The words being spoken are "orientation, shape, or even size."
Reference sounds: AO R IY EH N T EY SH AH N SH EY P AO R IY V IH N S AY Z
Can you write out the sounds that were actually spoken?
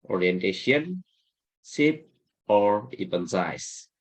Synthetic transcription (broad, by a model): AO R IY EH N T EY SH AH N S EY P AO R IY P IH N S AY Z